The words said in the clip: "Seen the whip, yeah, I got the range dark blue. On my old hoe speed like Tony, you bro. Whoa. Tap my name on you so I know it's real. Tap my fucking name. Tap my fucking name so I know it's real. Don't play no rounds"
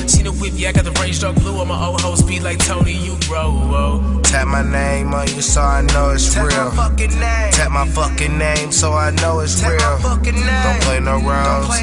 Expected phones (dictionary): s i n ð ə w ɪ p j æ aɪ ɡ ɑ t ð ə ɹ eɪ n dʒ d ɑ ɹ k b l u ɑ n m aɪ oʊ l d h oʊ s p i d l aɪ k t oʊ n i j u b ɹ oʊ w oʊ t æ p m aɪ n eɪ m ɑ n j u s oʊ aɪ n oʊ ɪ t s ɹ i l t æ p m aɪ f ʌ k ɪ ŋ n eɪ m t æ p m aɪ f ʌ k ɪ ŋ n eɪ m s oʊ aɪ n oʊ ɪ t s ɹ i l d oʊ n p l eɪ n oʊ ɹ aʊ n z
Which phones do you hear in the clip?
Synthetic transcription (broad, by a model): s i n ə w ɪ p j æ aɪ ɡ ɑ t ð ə ɹ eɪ n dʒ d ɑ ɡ b l u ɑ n m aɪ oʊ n h oʊ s b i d l aɪ k t oʊ n i j u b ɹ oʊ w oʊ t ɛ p m aɪ n eɪ m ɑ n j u s oʊ aɪ n oʊ ɪ t s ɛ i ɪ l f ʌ k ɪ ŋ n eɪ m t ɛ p m aɪ f ʌ k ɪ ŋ n eɪ m s oʊ aɪ n oʊ ɪ t s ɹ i l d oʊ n p l eɪ n oʊ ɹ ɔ